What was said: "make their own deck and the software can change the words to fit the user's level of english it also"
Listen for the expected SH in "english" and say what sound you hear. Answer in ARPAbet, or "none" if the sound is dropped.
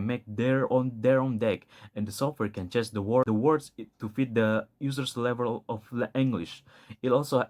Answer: SH